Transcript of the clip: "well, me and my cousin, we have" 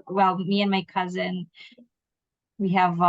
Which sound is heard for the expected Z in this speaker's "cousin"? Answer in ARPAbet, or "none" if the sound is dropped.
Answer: Z